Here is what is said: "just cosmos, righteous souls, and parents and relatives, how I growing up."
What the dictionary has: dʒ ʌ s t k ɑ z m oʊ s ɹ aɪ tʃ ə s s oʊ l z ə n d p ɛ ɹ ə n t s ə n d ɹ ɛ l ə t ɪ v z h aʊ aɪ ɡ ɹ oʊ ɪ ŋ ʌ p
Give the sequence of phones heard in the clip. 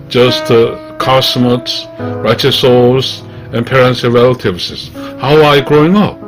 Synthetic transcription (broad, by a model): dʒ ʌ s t k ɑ s m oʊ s ɹ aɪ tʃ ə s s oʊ z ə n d p ɛ ɹ ə n t s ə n ɹ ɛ l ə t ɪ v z h aʊ aɪ ɡ ɹ oʊ ɪ ŋ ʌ p